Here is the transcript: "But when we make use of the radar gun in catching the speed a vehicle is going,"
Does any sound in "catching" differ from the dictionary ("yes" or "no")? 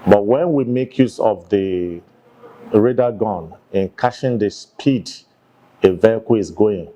yes